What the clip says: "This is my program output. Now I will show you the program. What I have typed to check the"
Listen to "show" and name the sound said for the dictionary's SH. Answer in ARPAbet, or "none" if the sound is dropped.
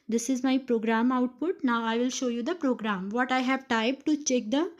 SH